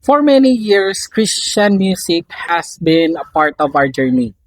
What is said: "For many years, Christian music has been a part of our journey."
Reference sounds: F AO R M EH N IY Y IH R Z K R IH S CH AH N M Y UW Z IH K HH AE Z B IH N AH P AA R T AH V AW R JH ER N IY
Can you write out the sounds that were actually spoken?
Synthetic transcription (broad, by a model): F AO R M EH N IY Y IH R S K R IH S CH AH N M Y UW S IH K HH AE S B IH N AH P AA R T AH V AW R JH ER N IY